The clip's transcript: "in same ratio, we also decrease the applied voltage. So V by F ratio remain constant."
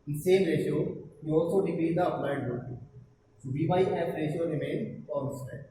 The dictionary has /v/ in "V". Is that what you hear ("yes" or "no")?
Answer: no